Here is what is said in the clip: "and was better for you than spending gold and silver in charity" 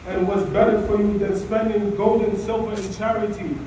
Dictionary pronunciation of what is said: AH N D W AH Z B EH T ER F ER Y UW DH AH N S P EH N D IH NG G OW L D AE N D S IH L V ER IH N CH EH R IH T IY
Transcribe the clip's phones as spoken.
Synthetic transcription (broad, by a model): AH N W AH Z B EH T ER F ER Y UW DH AH N S P EH N D IH NG G OW L D N S IH L V ER IH N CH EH R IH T IY